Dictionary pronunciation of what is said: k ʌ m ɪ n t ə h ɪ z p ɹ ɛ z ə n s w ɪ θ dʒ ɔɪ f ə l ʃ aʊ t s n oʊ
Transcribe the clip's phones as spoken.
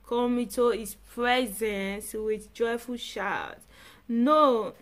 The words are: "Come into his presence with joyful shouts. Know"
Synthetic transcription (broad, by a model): k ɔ m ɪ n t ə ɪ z p ɹ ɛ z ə n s w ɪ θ dʒ ɔɪ f ə l ʃ aʊ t n oʊ